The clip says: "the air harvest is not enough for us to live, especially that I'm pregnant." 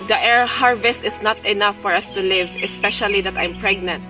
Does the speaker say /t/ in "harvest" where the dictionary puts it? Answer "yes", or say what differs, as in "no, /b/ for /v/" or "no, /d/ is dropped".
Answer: yes